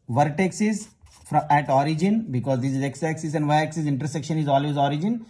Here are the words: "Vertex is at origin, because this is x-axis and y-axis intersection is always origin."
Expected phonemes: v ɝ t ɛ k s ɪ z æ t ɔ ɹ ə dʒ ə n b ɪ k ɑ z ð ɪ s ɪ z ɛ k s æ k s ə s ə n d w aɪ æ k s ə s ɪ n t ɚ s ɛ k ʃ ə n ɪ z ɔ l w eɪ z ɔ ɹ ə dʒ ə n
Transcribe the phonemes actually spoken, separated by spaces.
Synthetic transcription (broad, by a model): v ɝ t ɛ k s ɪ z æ t ɔ ɹ ə dʒ ə n b ɪ k ɑ z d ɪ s ɪ z ɛ k s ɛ k s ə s ə n d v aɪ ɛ k s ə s ɪ n t ɚ s ɛ k ʃ ə n ɪ z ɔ l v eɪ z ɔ ɹ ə dʒ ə n